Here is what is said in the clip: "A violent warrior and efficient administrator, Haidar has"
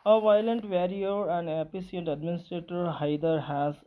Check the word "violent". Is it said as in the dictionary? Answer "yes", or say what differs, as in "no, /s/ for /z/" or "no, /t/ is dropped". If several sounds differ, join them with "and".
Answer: yes